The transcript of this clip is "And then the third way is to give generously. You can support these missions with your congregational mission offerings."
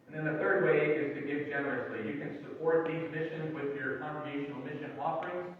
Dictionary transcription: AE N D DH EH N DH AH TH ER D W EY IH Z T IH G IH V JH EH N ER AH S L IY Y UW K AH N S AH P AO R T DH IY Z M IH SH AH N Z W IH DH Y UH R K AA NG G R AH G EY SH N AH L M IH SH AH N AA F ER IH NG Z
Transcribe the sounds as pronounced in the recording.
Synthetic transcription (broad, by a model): N DH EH N DH AH TH ER D W EY IH Z T IH G IH V JH EH N ER AH S L IY Y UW K AH N S AH P AO R T DH IY Z M IH SH AH N Z W IH DH Y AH R K AA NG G R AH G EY SH N L M IH SH AH N AA F ER IH NG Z